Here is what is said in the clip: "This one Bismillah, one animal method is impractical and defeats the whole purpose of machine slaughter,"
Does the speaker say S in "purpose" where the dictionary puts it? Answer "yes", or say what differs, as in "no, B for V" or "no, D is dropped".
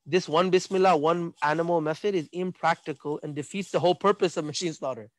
yes